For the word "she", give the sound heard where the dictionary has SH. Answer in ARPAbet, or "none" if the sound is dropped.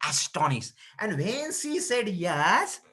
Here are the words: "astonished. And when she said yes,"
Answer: S